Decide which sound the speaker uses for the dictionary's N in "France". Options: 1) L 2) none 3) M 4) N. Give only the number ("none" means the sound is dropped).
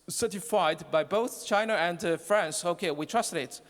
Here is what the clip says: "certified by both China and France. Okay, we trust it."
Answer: 4